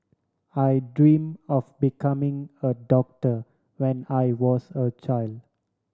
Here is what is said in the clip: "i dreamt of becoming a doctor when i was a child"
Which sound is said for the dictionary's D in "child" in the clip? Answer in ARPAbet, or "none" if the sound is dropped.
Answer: D